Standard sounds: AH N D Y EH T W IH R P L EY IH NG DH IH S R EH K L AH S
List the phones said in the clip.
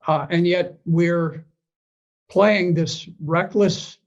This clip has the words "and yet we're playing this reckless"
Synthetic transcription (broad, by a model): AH N Y EH T W IH R P L EY IH NG DH IH S R EH K L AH S